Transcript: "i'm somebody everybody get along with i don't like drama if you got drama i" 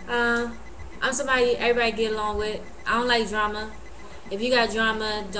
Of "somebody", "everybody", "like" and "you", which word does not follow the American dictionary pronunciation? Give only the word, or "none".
somebody